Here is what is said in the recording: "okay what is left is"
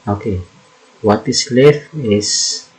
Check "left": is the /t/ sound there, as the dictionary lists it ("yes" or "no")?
no